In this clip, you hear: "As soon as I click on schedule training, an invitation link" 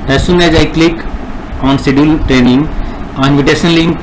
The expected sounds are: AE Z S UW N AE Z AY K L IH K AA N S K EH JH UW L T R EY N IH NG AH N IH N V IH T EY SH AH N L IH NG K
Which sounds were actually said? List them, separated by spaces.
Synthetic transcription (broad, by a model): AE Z S UW N AE Z AY K L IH K AA N S IY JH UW L T R EY N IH NG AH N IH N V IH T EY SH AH N L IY